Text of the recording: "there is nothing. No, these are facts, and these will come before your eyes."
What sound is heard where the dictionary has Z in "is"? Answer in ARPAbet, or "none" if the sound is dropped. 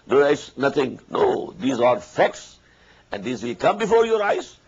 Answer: S